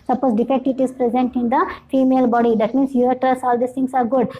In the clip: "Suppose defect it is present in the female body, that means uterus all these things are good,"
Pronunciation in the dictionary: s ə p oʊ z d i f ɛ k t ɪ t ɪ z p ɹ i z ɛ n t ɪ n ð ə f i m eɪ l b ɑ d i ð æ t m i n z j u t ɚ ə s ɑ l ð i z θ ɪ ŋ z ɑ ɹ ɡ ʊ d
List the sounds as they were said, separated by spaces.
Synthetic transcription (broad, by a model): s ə p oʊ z d i f ɛ k t ɪ t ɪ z p ɹ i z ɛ n t ɪ n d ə f i m eɪ l b ɑ d i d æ t m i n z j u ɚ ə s ɑ l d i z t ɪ ŋ s ɑ ɹ ɡ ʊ d